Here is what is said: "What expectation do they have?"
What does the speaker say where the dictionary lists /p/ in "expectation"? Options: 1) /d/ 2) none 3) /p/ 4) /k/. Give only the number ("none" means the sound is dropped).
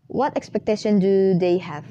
3